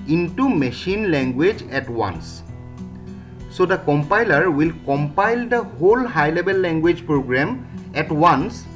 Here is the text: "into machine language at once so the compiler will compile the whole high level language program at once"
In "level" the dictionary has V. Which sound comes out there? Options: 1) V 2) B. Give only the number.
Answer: 2